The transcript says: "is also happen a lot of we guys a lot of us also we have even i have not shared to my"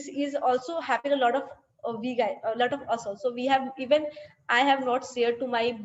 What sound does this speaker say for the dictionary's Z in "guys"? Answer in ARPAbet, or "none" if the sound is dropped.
none